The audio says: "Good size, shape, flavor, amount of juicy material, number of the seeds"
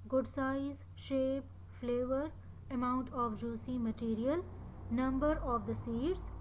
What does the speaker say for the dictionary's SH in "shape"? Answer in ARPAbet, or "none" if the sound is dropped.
SH